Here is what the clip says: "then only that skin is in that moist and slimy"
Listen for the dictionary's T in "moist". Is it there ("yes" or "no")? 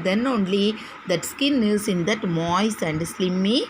no